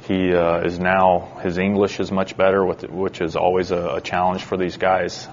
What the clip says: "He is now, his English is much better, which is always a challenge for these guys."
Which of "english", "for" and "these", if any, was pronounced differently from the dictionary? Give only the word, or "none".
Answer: none